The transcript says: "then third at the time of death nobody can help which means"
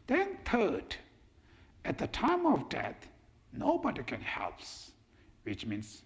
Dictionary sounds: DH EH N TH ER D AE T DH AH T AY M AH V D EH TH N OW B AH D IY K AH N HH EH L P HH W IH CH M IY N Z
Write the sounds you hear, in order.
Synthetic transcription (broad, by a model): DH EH N T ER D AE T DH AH T AY M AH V D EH T N OW B AH D IY K AH N HH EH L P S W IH CH M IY N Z